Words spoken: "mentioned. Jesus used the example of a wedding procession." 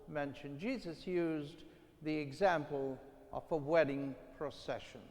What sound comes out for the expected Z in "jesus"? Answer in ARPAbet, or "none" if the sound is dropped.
Z